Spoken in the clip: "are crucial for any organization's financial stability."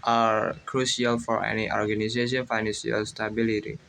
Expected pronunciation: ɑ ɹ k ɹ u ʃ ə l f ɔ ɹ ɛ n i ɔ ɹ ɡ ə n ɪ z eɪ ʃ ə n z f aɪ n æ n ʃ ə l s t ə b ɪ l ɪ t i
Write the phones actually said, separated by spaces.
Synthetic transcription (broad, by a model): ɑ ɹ k ɹ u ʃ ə l f ɔ ɹ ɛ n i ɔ ɹ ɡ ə n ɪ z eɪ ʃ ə n f aɪ n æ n s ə l s t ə b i l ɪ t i